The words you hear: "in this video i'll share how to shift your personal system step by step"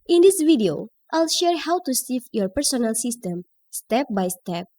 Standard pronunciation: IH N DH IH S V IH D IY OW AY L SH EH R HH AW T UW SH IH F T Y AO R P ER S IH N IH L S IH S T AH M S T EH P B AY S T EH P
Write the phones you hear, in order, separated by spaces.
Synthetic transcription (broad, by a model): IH N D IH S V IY D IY OW AY L SH EH R HH AW T UW S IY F Y AO R P ER S IH N IH L S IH S T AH M S T EH P B AY S T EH P